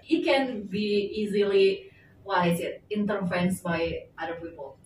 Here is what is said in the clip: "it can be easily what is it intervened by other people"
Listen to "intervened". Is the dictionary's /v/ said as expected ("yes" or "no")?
no